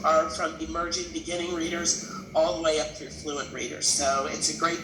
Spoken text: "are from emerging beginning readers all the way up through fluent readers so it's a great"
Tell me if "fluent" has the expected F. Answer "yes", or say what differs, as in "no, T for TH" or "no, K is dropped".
yes